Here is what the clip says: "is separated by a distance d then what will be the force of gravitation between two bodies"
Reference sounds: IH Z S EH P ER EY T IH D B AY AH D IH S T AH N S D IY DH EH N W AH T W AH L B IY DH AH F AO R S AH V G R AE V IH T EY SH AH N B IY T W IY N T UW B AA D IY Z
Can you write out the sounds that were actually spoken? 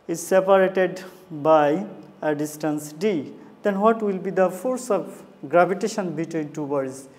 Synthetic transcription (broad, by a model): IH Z S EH P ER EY T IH D B AY AH D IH S T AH N S D IY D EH N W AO T W AH L B IY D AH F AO R S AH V G R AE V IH T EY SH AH N B IY T W IY N T UW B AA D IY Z